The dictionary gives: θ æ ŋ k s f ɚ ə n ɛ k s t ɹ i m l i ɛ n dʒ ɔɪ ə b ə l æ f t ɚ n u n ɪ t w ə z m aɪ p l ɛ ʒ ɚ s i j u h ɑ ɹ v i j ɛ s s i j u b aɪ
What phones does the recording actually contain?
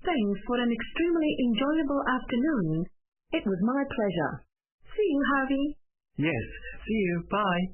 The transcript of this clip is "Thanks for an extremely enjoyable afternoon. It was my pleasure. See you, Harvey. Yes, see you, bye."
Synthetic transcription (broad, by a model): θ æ ŋ k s f ɚ ə n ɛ k s t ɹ i m l i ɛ n dʒ ɔɪ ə b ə l æ f t ɚ n u n ɪ t w ə z m aɪ p l ɛ ʒ ɚ s i j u h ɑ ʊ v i j ɛ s s i j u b aɪ